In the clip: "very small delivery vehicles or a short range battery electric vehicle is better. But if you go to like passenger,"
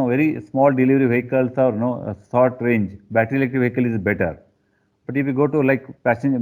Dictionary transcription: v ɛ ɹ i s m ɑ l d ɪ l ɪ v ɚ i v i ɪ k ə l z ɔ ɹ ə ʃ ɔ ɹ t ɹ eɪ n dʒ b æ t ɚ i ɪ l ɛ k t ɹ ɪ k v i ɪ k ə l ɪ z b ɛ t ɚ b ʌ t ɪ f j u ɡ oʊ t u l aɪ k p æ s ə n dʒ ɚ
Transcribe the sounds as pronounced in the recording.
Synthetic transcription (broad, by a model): v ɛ ɹ i s m ɑ l d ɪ l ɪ v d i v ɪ k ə l s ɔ ɹ ə s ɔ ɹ t ɹ eɪ n dʒ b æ t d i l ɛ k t ɪ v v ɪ k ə l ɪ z b ɛ t ɚ b ʌ t ɪ f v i ɡ oʊ t u l aɪ k p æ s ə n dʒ